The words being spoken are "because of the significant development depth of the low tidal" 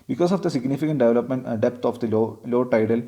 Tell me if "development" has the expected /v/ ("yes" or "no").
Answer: yes